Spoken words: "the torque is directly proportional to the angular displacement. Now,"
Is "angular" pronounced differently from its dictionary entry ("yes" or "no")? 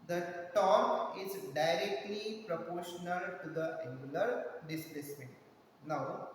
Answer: yes